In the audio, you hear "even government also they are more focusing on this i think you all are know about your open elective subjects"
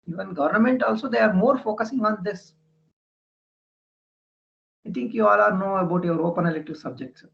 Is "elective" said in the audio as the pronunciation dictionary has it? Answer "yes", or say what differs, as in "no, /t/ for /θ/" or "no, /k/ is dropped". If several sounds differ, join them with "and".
no, /k/ is dropped